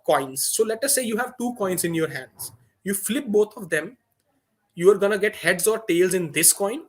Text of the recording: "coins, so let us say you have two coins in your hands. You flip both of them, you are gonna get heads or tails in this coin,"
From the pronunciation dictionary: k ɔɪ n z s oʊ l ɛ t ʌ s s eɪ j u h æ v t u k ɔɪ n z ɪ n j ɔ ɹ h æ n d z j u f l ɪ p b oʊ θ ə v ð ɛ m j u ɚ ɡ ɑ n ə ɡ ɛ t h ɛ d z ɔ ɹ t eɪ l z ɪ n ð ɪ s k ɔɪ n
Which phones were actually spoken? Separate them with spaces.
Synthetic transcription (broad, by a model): k ɔɪ n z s oʊ l ɛ t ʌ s s eɪ j u h æ v t u k ɔɪ n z ɪ n j ɔ ɹ h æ n d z j u f l ɪ p b oʊ t ə v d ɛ m j u ɚ ɡ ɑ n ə ɡ ɛ t h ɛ d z ɔ ɹ t eɪ l z ɪ n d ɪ s k ɔɪ n